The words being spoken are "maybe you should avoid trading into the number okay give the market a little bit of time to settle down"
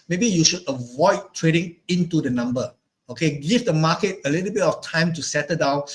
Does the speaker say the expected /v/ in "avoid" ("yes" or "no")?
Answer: yes